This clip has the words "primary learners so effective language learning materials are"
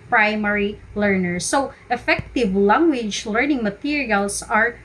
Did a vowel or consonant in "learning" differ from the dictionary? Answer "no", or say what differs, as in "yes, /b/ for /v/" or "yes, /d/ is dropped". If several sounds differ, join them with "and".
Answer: no